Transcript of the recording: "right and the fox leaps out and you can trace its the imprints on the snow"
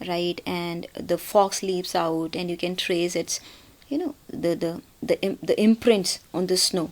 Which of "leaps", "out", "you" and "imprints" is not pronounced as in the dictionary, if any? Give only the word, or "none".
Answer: none